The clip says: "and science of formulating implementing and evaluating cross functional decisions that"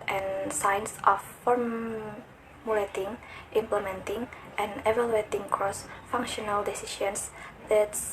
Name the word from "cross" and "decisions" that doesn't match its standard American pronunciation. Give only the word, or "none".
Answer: decisions